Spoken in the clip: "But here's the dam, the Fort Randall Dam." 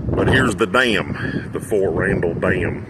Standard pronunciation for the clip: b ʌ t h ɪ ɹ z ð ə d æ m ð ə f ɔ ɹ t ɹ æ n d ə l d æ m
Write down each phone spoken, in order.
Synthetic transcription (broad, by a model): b ʌ t h ɪ ɹ z ð ə d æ m ð ə f ɔ ɹ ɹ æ n d l d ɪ m